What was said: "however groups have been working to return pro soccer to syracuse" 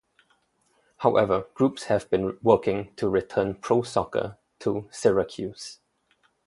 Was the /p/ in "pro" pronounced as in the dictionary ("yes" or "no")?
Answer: yes